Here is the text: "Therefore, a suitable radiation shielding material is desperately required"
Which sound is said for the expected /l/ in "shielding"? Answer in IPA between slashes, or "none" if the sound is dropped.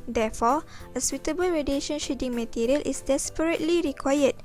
none